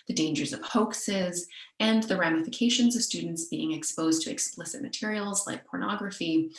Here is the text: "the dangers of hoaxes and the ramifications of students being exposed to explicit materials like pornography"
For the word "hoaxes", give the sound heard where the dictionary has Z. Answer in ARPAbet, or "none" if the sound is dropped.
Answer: Z